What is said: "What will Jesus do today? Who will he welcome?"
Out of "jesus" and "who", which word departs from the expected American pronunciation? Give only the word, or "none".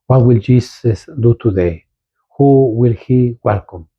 jesus